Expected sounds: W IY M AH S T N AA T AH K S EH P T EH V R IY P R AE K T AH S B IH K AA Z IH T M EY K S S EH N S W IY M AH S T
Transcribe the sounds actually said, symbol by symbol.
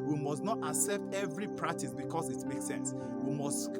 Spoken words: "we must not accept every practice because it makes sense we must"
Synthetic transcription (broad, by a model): W IY M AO S T N AA T AH K S EH P T EH V R IY P R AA K T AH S B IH K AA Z IH T M EY K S S EH N S W IY M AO S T